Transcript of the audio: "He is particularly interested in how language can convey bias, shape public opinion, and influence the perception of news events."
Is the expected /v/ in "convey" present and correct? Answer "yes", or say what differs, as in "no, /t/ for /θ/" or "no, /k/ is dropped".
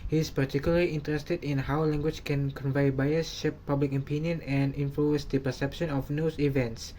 yes